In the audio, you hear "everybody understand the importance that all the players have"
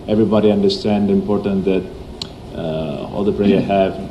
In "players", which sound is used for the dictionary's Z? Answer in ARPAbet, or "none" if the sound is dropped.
none